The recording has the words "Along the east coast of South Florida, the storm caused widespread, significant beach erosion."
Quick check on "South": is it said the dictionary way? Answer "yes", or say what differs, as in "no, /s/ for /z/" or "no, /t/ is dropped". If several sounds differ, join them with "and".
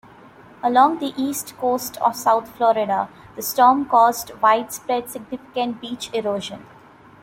no, /t/ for /θ/